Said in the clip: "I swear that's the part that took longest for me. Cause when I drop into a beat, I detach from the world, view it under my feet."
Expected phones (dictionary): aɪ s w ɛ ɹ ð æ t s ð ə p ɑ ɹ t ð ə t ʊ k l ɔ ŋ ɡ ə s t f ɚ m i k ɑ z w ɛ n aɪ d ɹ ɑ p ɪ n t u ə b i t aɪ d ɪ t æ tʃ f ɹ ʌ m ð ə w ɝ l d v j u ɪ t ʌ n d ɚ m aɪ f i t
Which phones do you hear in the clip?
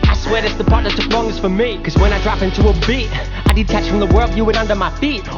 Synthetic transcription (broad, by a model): aɪ s w ɛ ɹ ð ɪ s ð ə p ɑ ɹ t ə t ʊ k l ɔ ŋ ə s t f ɚ m i k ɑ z w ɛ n aɪ d ɹ ɑ p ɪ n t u ə b i t aɪ d ɪ t æ tʃ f ɹ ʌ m ð ə w ɝ l d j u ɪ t ʌ n d ɚ m aɪ f i t